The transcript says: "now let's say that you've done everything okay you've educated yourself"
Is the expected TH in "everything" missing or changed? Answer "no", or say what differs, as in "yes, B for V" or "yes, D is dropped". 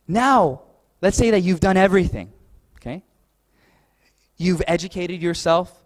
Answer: no